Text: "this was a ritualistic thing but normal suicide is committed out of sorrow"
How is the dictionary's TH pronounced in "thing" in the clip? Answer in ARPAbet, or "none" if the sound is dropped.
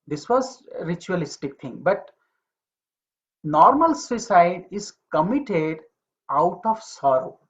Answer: T